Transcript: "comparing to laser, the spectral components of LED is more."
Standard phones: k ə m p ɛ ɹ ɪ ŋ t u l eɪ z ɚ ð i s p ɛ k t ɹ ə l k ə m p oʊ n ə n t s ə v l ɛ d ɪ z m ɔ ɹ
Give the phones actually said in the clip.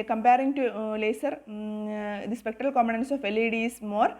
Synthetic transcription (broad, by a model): k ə m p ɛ ɹ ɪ ŋ t u l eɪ s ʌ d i s p ɛ k t ɹ ə l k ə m oʊ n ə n s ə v l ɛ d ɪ s m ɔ ɹ